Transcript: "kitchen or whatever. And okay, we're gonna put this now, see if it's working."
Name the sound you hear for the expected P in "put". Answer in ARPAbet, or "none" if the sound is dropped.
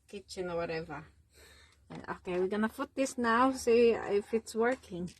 F